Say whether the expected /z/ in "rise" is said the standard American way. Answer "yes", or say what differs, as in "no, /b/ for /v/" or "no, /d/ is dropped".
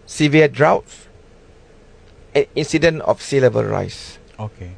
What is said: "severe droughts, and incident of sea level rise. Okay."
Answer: no, /s/ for /z/